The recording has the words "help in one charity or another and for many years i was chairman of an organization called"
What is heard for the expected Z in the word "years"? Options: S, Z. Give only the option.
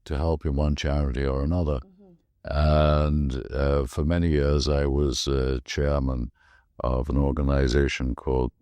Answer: Z